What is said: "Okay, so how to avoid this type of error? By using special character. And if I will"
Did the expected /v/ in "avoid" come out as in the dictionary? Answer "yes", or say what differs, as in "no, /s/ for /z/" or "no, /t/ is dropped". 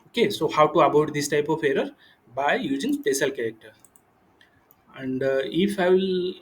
no, /b/ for /v/